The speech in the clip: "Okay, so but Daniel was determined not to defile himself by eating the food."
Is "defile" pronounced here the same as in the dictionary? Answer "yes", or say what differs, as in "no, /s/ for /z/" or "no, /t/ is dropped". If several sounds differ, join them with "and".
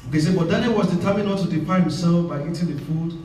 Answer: no, /p/ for /f/